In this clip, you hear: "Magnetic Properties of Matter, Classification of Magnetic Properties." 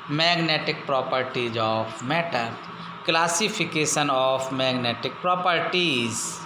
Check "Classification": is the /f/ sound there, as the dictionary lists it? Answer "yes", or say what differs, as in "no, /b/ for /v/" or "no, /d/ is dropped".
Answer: no, /p/ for /f/